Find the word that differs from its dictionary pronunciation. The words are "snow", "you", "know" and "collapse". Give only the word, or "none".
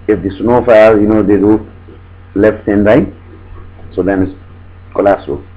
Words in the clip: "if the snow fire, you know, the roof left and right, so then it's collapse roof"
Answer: collapse